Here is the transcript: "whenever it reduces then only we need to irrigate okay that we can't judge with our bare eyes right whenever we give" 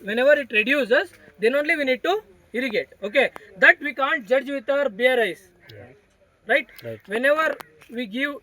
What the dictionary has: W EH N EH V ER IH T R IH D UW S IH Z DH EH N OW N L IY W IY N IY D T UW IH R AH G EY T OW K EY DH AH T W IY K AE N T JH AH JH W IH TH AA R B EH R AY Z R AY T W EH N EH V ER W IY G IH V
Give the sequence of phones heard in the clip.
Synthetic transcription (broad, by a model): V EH N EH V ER IH T R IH D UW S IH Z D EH N OW N L IY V IY N IY D T UW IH R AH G EY T OW K EY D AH T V IY K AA N T JH AH JH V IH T AA R B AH R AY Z R AY T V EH N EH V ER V IY G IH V